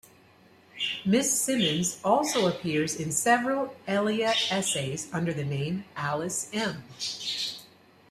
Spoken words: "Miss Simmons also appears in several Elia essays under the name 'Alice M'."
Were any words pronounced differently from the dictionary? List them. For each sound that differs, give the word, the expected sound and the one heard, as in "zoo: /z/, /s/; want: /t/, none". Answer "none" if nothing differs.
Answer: none